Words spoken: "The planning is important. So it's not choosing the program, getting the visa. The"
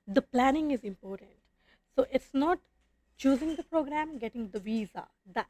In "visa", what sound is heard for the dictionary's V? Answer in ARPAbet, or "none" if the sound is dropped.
V